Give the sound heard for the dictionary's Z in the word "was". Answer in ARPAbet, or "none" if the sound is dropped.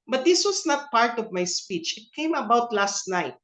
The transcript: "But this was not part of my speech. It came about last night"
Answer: S